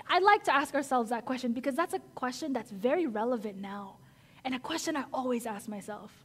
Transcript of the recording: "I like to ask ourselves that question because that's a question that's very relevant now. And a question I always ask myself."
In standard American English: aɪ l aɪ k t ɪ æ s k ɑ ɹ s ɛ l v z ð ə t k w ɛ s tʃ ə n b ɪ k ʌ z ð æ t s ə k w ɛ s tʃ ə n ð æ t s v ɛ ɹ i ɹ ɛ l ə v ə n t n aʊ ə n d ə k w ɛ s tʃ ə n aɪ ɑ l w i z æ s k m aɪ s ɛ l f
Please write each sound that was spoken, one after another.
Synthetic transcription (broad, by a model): aɪ l aɪ k t ɪ æ s k ɑ ɹ s ɛ l v z ð ə t k w ɛ s tʃ ə n b ɪ k ʌ z ð æ t s ə k w ɛ s tʃ ə n ð æ t s v ɛ ɹ i ɹ ɛ l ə v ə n n aʊ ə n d ə k w ɛ s tʃ ə n aɪ ɑ l w i z æ s k m aɪ s ɛ l f